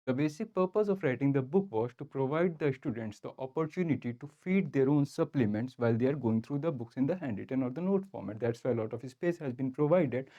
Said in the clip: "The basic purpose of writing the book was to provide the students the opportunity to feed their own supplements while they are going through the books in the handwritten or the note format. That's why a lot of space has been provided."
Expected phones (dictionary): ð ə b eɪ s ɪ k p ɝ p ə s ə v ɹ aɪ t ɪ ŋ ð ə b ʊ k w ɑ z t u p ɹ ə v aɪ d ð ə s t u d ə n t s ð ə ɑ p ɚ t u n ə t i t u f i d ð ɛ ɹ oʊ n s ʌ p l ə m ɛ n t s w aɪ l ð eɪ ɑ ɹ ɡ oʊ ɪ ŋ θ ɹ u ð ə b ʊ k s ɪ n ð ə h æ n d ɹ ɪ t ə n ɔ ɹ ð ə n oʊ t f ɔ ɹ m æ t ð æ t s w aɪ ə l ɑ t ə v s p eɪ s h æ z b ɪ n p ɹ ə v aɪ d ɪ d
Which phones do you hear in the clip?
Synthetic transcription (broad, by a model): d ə b eɪ s ɪ k p ɝ p ə s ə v ɹ aɪ t ɪ ŋ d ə b ʊ k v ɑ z t u p ɹ ə v aɪ d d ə s t u d ə n t s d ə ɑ p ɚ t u n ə t i t u f i d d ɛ ɹ oʊ n s ʌ p l ə m ɛ n t s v aɪ l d eɪ ɑ ɹ ɡ oʊ ɪ ŋ t ɹ u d ə b ʊ k s ɪ n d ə h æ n d ɪ t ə n ɔ ɹ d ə n oʊ t f ɔ ɹ m æ t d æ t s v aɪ ə l ɑ t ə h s p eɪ s h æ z b ɪ n p ɹ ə v aɪ d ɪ d